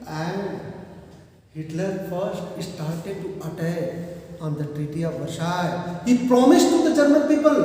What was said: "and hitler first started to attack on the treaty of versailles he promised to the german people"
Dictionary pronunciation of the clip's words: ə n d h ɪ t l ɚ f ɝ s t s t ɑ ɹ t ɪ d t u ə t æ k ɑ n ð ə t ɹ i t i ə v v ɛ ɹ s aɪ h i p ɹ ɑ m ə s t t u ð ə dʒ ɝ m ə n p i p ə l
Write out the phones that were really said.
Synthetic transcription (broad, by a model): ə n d h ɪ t l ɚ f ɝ s t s t ɑ ɹ t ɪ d t u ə t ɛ ɑ n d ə t ɹ i t i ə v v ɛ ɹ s aɪ h i p ɹ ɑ m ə s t t u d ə dʒ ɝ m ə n p i p ə l